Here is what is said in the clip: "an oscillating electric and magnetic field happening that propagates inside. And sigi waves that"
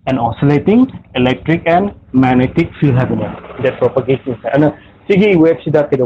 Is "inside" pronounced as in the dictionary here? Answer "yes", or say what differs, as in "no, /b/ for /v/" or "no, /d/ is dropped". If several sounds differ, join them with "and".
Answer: no, /d/ is dropped